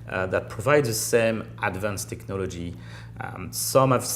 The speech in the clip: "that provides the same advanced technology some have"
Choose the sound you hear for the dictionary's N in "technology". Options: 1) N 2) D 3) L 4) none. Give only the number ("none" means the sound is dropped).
1